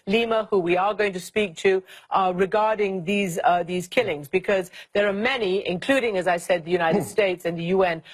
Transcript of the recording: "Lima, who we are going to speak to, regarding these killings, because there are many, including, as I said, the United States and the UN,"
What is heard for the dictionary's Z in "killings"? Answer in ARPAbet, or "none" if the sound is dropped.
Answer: Z